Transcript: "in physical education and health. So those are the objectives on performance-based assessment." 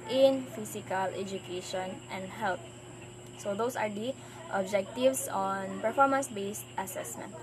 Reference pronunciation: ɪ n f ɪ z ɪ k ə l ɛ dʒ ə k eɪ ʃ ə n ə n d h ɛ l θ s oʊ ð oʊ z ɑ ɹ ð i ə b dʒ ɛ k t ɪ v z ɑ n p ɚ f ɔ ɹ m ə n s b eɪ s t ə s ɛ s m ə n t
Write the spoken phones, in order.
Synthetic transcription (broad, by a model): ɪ n f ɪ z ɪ k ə l ɛ dʒ ə k eɪ ʃ ə n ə n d h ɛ l t s oʊ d oʊ s ɑ ɹ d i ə b dʒ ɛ k t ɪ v s ɑ n p ɚ f ɔ ɹ m ə n s b eɪ s t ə s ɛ s m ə n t